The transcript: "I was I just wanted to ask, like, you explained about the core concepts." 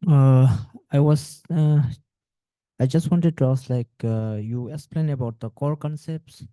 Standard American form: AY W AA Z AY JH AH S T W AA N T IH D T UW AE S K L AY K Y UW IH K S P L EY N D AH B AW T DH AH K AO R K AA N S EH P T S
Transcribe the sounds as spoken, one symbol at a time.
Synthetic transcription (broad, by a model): AY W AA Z AY JH AH S T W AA N T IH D T UW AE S L AY K Y UW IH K S P L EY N AH B AW T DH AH K AO R K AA N S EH P T S